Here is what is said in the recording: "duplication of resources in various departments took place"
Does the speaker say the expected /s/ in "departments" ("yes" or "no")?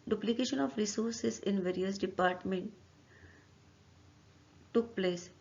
no